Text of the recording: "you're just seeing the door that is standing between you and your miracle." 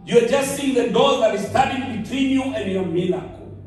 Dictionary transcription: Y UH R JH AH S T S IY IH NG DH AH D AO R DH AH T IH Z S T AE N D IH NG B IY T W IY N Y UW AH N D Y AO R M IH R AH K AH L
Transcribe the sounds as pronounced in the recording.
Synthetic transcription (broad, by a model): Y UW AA JH AH S T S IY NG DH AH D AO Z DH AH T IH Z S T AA D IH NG B IY T W IY N Y UW AH N D Y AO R M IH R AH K